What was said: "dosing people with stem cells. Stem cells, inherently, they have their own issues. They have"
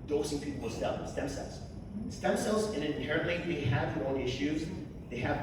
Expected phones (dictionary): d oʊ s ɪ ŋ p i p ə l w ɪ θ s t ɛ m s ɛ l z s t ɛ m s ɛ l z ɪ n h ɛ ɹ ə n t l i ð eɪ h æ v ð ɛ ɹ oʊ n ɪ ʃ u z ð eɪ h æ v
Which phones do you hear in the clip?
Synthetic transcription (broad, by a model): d oʊ s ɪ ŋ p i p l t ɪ s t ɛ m s ɛ l z s t ɛ m s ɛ l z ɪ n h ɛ ɹ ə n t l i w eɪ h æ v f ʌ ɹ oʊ l ɪ ʃ u z ð eɪ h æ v